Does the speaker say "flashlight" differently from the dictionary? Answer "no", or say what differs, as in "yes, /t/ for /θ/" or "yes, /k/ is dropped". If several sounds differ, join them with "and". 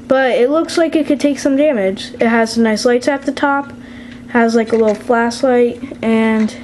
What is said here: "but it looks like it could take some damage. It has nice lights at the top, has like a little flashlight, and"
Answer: yes, /s/ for /ʃ/